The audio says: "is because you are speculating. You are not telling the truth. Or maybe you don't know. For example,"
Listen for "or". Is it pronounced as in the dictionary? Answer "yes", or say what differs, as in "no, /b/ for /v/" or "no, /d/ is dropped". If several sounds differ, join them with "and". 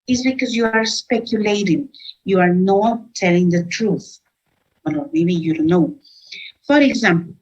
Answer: no, /l/ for /ɹ/